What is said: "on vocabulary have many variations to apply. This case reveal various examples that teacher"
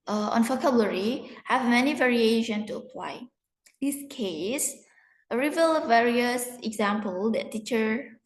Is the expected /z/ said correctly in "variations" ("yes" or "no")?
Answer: no